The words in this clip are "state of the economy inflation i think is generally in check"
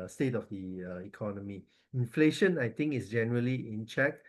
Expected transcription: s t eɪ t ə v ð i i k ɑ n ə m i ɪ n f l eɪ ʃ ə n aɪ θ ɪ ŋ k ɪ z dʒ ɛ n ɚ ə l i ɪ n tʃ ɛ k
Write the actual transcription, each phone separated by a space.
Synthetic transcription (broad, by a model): s t eɪ t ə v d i i k ɑ n ə m i ɪ n f l eɪ ʃ ə n aɪ t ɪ ŋ k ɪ s dʒ ɛ n ɚ ə l i ɪ n tʃ ɛ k